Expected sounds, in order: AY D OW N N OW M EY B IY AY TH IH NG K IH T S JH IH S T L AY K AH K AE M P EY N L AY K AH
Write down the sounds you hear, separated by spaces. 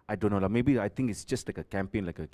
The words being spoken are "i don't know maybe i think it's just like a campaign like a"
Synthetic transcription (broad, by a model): AY D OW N L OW M EY B IY AY T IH NG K IH T S JH IH S T L AY K AH K AE M P EY N L AY K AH